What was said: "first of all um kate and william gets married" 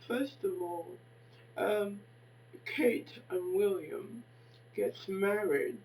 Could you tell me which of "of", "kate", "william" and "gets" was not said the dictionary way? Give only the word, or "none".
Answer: none